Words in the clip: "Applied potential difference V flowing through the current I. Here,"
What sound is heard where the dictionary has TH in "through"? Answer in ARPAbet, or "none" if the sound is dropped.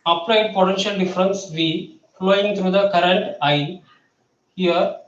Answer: T